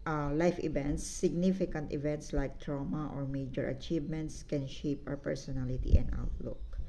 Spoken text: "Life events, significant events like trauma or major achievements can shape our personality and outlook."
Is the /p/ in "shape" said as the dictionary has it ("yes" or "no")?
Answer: yes